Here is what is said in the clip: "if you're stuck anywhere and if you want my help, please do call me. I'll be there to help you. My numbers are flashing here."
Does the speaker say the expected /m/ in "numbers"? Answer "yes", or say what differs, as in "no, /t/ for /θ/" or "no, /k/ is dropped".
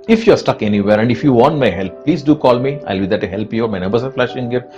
no, /m/ is dropped